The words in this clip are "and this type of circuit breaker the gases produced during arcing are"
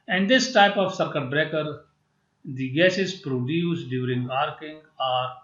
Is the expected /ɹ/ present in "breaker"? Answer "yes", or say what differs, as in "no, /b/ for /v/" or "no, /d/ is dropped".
yes